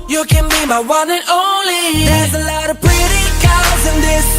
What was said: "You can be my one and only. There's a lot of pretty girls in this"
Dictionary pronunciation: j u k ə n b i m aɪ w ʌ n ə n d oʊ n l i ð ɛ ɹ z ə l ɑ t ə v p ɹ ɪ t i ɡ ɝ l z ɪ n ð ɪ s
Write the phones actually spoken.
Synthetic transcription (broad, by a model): j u k ə n b i m aɪ w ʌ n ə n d oʊ n l i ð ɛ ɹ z ə l ɑ t ə v p ɹ ɪ t i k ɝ z ɪ n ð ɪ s